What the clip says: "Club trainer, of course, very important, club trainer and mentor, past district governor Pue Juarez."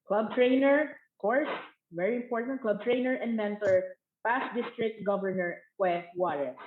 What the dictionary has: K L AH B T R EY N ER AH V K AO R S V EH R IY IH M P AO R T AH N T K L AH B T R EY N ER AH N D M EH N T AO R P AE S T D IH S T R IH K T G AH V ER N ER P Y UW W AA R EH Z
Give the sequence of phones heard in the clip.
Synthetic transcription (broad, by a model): K L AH B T R EY N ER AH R K AO R S V EH R IY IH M P AO R T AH N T K L AH B T R EY N ER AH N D M EH N T AO R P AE S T D IH S T R IH K T G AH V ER N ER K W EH W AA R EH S